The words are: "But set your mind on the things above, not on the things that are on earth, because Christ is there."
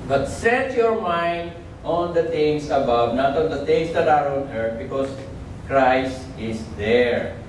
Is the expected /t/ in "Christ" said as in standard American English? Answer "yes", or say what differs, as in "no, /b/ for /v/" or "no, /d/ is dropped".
yes